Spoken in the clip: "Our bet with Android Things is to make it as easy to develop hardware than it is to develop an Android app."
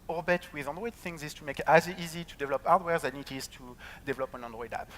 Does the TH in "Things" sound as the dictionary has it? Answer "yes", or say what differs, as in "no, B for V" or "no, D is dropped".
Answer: yes